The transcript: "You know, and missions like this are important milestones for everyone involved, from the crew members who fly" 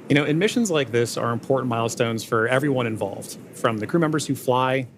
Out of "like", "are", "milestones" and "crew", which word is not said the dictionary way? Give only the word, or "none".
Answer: none